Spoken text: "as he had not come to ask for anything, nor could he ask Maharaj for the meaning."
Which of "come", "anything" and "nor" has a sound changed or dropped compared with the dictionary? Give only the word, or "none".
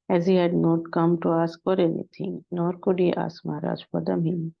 anything